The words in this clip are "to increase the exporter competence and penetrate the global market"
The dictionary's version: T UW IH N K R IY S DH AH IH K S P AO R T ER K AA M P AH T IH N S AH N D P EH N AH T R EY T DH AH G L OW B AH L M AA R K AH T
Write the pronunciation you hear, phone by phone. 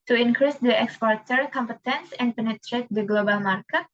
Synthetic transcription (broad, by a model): T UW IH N K R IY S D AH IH K S P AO R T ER K AA M P AH T IH N S AH N D P EH N AH T R EY T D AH G L OW B AH L M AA R K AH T